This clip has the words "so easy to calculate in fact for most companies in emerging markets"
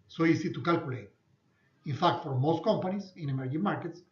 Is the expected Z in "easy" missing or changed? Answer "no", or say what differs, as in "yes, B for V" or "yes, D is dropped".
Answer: yes, S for Z